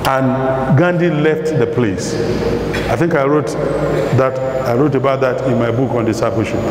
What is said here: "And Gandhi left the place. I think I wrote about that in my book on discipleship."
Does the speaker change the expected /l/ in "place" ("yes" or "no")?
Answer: no